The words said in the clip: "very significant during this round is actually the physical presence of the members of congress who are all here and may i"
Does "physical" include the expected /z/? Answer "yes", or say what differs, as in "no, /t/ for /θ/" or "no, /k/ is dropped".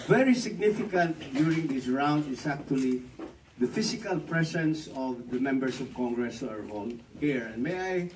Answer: no, /s/ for /z/